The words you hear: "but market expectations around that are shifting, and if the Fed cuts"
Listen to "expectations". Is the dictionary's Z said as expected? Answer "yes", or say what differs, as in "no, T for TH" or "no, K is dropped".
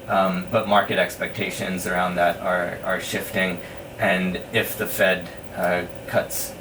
yes